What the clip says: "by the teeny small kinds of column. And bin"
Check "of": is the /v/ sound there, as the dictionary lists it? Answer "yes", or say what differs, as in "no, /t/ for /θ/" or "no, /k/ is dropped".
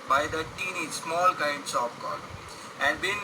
no, /p/ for /v/